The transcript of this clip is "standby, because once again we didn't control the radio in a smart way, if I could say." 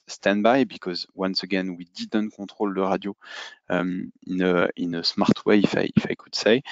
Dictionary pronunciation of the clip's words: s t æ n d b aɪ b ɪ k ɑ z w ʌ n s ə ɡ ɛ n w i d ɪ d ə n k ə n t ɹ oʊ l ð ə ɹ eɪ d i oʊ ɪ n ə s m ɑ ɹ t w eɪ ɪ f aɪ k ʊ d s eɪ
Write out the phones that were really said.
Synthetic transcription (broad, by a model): s t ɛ n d b aɪ b ɪ k ɑ z w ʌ n s ə ɡ ɛ n w i d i d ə n k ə t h oʊ l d ə ɹ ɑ d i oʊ ɪ n ə s m ɑ ɹ t w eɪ ɪ f aɪ k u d s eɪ